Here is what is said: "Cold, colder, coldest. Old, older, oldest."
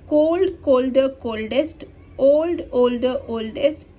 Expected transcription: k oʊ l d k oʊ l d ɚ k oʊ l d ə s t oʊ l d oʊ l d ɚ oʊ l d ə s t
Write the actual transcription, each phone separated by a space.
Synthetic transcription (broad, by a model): k oʊ l d k oʊ l d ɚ k oʊ l d ə s t oʊ l d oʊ l d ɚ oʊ l d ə s t